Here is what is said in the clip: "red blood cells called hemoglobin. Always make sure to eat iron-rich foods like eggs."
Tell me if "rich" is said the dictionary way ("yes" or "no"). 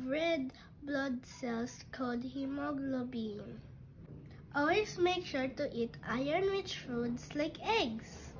no